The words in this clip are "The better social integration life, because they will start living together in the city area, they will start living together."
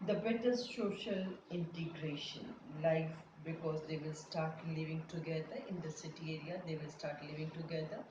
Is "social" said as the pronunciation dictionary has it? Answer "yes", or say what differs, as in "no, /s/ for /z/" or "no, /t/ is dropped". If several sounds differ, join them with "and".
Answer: yes